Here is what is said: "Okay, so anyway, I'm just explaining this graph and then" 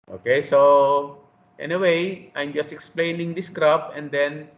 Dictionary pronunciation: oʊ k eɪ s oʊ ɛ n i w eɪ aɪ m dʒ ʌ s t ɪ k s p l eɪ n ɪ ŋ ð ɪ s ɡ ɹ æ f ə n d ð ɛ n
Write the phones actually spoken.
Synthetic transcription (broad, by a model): oʊ k eɪ s oʊ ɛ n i w eɪ aɪ m dʒ ʌ s t ɪ k s p l eɪ n ɪ ŋ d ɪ s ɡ ɹ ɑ p ə n d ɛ n